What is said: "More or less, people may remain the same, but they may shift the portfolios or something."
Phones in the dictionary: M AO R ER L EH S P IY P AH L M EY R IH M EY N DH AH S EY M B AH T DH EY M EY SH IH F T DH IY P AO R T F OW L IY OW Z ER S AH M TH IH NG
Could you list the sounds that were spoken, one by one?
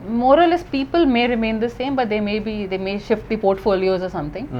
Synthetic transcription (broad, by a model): M AO R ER L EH S P IY P AH L M EY R IH M EY N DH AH S EY M B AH T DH EY M EY SH IH F T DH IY P AO R T F OW L IY OW Z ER S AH M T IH NG